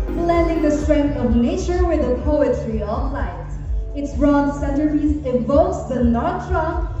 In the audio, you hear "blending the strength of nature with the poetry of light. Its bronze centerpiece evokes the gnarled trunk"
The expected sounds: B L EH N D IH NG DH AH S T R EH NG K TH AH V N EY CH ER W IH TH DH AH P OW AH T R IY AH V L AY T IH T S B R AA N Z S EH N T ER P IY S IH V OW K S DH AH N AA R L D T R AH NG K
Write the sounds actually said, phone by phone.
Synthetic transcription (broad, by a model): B L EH N D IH NG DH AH S T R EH NG K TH AH V N EY CH ER W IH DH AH P OW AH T R IY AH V L AY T IH T S R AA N S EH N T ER IY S IH V OW K S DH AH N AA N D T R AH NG